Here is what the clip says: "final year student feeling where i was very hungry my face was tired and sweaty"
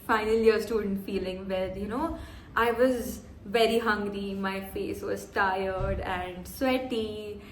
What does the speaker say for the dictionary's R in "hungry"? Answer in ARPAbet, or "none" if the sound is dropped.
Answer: R